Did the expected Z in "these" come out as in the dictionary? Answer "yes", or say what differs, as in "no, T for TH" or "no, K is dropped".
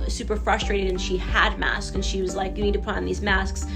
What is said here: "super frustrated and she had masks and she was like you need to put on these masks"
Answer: yes